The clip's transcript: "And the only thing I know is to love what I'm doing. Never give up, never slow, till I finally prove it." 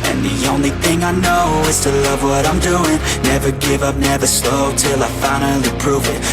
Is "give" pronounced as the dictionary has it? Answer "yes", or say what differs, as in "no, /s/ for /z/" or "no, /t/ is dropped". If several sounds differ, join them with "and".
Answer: yes